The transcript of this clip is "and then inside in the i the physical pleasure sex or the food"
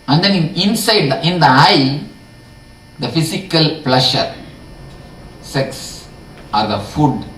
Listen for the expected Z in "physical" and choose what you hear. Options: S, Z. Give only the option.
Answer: S